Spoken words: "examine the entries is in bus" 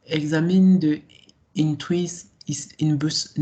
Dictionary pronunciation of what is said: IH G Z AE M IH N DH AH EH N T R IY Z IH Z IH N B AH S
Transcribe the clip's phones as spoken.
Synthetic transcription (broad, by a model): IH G Z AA M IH N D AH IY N T W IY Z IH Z IH N B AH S